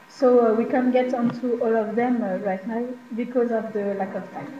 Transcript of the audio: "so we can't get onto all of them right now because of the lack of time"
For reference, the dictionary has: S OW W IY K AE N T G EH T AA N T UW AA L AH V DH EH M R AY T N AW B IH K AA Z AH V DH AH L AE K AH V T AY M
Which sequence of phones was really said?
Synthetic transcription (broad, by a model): S OW W IY K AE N G EH T AA N T UW AA L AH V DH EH M R AY T N AW B IH K AA Z AH V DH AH L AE K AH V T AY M